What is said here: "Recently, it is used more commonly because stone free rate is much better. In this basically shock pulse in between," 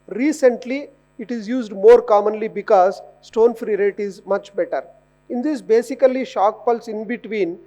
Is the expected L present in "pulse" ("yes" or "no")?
yes